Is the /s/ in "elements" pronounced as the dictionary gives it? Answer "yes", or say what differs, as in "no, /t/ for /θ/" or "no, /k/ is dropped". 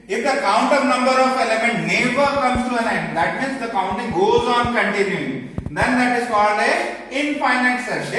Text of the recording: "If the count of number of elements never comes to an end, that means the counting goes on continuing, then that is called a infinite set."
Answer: no, /s/ is dropped